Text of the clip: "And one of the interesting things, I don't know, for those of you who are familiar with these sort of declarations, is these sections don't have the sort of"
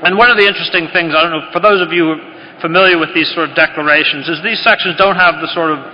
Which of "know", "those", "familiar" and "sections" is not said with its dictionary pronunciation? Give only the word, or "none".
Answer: none